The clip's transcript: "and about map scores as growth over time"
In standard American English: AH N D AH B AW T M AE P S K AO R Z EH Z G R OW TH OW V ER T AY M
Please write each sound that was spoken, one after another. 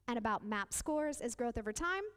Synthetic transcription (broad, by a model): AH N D AH B AW T M AE P S K AO R Z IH Z G R OW TH OW V ER T AY M